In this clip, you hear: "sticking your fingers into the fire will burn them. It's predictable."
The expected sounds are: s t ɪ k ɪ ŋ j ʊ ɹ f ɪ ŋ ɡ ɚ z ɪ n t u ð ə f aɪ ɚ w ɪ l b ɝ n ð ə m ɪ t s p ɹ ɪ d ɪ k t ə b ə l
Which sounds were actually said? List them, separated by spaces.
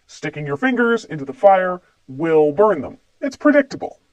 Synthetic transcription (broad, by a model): s t ɪ k ɪ ŋ j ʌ ɹ f ɪ ŋ ɡ ɚ z ɪ n t u ð ə f aɪ ɚ w ɪ l b ɝ n ð ə m ɪ t s p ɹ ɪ d ɪ k t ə b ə l